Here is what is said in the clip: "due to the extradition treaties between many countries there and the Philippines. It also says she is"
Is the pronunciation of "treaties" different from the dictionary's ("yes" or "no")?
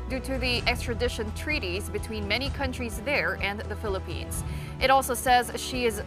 no